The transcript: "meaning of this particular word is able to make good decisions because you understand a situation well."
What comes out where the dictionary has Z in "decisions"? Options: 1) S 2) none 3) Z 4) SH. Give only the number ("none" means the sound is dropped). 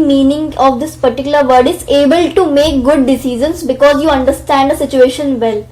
1